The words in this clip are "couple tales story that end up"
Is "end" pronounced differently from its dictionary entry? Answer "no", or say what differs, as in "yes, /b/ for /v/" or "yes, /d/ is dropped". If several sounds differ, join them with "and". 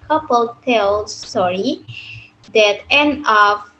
yes, /d/ is dropped